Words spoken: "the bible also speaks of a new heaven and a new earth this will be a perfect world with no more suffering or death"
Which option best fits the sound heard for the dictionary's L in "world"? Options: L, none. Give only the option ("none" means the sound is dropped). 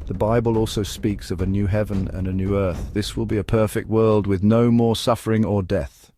L